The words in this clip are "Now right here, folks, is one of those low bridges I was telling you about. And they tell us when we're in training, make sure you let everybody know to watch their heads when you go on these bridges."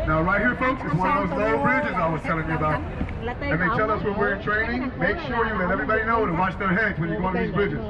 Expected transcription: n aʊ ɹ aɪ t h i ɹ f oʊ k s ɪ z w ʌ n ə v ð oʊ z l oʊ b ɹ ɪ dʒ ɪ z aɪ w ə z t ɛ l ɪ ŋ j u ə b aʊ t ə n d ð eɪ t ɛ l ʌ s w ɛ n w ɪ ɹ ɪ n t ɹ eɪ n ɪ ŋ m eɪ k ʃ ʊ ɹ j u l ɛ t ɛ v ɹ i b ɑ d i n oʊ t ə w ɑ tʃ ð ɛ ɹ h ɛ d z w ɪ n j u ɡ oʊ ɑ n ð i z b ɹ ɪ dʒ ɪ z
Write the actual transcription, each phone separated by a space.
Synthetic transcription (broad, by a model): n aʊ ɹ aɪ t h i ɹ f oʊ k s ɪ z w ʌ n ə v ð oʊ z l b ɹ ɪ dʒ ɪ z aɪ w ə z t ɛ l ɪ ŋ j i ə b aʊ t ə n ð eɪ t ɛ l ʌ s w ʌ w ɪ ɹ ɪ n t ɹ eɪ n ɪ ŋ m eɪ k ʃ ʊ ɹ j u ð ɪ t ɛ v ɹ i b ɑ d i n oʊ t ə w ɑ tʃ ð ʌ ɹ h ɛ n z w ɪ n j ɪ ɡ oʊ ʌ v ð i z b ɹ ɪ dʒ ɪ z